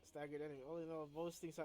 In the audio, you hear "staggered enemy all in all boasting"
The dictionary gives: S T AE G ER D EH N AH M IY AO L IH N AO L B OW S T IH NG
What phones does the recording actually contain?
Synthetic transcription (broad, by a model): S T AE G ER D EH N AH IY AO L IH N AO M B OW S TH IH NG